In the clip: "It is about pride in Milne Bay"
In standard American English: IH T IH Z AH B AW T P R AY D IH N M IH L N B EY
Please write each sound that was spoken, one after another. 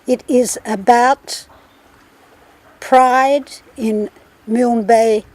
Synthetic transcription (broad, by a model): IH T IH Z AH B AW T P R AY D IH N M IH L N B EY